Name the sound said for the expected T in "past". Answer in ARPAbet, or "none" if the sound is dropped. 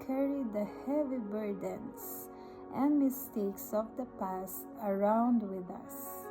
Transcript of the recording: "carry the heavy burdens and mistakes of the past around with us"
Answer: T